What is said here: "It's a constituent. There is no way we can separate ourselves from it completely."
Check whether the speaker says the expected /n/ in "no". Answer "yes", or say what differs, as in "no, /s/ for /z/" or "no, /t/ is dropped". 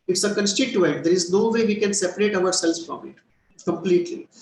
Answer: yes